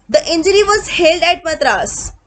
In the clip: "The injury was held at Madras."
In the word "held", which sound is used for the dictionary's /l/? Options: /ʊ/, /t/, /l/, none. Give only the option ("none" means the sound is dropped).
/l/